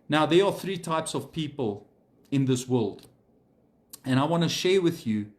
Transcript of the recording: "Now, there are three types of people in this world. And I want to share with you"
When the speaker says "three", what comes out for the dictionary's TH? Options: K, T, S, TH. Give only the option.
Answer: TH